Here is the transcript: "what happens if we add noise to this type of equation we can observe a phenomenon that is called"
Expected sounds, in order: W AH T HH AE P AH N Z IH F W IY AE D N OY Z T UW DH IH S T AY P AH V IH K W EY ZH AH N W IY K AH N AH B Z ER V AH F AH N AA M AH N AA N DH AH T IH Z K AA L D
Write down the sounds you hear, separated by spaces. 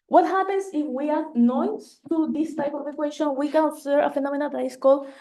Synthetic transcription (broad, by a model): W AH T HH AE P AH N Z IH F W IY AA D N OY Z T UW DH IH S T AY P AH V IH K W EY SH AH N W IY K AH N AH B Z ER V AH F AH N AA M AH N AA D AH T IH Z K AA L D